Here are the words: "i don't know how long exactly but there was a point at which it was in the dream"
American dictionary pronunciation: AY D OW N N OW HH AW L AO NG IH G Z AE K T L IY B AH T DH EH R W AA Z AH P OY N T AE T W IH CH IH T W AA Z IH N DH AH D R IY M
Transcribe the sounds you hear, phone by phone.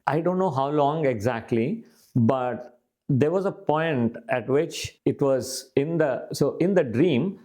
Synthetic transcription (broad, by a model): AY D OW N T OW HH AW L AO NG IH G Z AE K T L IY B AH T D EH R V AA Z AH P OY N T AE T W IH CH IH T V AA Z IH N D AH D R IY M